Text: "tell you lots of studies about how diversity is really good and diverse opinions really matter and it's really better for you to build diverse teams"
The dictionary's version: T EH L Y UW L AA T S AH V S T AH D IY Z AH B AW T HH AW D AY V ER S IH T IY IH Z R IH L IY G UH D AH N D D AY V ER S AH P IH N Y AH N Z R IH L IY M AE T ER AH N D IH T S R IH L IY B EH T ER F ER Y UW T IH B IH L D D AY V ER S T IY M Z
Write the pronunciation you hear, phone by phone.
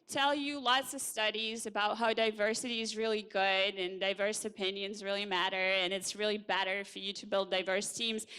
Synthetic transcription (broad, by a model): T EH L Y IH L AA T S AH V S T AH D IY Z AH B AW T HH AW D AY V ER S IH T IY IH Z R IH L IY G UH D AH N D D AY V ER S AH P IH N Y AH N Z R IH L IY M AE T ER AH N IH T S R IH L IY B EH T ER F ER Y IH T IH B IH L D D AY V ER S T IY M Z